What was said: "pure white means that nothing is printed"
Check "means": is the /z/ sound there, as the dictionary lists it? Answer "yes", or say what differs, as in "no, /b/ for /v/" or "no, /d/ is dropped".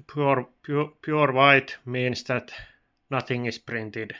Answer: no, /s/ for /z/